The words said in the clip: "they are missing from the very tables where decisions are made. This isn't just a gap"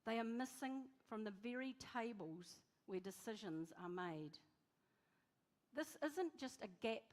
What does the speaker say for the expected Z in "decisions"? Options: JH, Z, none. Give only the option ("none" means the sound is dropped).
Z